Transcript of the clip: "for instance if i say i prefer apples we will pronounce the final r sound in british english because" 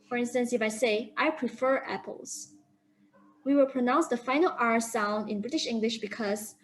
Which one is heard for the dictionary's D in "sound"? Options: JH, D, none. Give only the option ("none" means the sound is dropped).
D